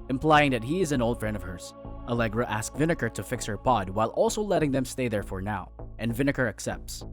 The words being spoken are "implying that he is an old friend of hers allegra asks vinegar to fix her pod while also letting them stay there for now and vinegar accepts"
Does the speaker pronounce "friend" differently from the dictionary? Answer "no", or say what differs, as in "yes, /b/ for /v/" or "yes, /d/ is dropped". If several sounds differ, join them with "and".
no